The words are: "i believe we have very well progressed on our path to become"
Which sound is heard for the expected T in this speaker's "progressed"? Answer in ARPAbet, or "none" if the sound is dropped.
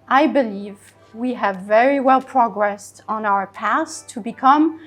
T